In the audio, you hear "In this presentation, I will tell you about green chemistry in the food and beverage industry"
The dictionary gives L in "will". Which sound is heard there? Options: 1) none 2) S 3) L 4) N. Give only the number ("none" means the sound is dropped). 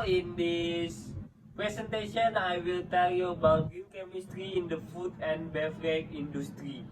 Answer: 3